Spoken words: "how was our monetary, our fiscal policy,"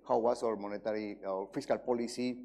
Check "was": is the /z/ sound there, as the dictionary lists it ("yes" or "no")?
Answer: no